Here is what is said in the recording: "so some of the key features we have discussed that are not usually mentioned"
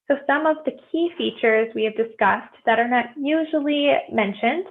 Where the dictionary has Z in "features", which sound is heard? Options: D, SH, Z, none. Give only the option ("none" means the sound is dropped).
Z